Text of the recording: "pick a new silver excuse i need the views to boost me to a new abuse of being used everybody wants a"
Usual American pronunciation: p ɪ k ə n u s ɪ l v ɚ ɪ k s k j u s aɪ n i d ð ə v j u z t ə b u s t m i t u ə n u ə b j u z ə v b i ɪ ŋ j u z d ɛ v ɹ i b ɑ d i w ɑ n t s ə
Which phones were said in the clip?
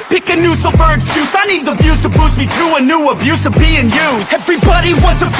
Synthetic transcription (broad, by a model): p ɪ k ə n u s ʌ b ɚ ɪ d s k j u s aɪ n i d ð ə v j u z t ə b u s m i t u ə n u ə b j u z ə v b i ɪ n j u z ɛ v ɹ i b ɑ d i w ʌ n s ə